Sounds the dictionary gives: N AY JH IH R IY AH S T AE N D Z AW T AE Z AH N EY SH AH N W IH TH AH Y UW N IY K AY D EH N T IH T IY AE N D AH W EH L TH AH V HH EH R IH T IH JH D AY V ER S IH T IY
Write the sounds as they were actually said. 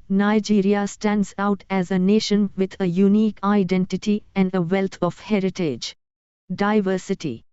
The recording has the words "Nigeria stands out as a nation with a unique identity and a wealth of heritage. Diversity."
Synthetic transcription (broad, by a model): N AY JH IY R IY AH S T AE N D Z AW T AE Z AH N EY SH AH N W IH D AH Y UW N IY K AY D EH N T IH T IY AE N D AH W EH L T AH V HH EH R IH T IH JH D AY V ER S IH T IY